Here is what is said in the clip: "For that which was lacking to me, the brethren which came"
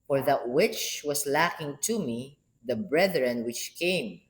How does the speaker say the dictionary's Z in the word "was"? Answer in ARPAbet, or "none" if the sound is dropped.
S